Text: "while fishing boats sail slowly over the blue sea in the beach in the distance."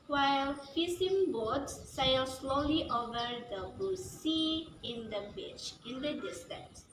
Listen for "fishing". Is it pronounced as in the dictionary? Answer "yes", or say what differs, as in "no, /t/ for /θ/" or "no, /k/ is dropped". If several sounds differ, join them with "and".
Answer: no, /s/ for /ʃ/